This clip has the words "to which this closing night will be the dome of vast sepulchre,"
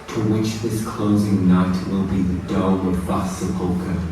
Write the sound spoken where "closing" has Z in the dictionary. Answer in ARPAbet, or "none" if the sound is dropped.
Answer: Z